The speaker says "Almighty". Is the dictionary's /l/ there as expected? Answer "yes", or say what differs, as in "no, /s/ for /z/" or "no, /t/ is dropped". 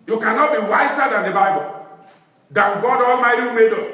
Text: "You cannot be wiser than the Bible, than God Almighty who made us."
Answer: yes